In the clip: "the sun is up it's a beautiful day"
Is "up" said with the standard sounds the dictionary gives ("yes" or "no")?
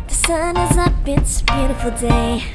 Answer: no